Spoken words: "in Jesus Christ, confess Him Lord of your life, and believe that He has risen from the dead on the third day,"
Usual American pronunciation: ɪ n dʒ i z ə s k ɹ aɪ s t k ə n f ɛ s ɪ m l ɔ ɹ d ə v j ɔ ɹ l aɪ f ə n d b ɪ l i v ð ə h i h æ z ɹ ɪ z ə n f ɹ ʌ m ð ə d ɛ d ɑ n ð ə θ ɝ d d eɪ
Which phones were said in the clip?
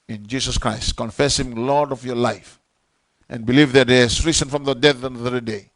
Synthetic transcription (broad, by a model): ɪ n dʒ i s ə s k ɹ aɪ s t k ə n f ɛ s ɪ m l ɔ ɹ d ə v j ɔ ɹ l aɪ f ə n b ɪ l i v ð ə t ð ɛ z ɹ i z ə n f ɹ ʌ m ð ə d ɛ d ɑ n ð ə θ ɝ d d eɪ